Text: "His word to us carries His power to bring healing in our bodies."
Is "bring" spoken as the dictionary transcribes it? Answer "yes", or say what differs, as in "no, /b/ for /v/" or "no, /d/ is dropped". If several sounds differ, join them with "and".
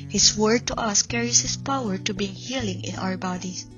no, /ɹ/ is dropped